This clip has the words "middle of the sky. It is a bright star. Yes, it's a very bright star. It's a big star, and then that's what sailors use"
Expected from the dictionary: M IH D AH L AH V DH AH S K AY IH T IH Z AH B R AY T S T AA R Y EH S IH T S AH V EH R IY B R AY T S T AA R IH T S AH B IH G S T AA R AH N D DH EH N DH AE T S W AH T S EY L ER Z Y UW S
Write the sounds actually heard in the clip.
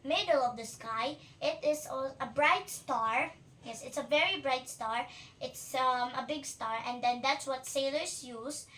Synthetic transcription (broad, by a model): M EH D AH L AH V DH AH S K AY IH T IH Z AH B R AY T S T AA R Y EH S IH T S AH V EH R IY B R AY T S T AA R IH T S AH B IH G S T AA R AH N D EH N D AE T S W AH T S EY L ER S Y UW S